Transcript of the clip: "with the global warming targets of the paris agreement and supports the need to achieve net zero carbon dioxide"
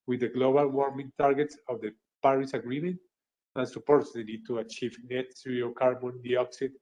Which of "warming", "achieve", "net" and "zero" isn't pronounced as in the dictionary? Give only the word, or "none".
zero